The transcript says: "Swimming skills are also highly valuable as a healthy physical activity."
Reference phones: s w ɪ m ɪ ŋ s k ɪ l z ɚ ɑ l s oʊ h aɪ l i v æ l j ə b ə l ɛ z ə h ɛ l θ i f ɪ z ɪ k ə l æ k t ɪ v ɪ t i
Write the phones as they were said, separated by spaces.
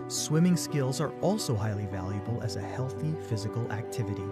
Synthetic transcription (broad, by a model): s w ɪ m ɪ ŋ s k ɪ l z ɚ ɑ l s oʊ h aɪ l i v æ l j ə b ə l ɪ z ə h ɛ l θ i f ɪ z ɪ k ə l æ k t ɪ v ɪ t i